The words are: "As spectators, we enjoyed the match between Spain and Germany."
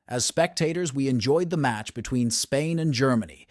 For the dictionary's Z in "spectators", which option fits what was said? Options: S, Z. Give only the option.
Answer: Z